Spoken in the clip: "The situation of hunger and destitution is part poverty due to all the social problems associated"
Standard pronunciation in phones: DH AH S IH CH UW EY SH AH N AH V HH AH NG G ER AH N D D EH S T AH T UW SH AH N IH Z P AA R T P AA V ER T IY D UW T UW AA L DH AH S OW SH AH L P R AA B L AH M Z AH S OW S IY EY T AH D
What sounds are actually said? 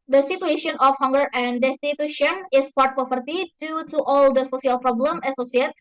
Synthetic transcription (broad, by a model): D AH S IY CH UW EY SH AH N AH F HH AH NG G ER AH N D D EH S T AH T UW SH AH N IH S P AA R T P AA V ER T IY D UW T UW AA L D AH S OW S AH L P R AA B L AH M AH S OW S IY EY T